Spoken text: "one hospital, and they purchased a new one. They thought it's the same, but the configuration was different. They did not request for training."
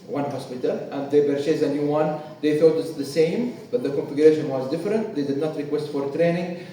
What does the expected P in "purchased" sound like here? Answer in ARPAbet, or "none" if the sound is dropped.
B